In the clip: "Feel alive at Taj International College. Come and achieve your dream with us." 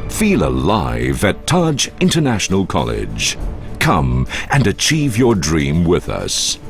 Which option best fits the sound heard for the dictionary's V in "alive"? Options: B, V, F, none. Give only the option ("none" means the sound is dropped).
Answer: V